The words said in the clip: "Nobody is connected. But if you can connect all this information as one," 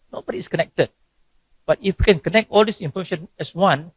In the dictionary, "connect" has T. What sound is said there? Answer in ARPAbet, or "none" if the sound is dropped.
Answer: T